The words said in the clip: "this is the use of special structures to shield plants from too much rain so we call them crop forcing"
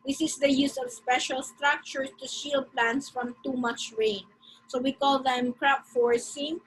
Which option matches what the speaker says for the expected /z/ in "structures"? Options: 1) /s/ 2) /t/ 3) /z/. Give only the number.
1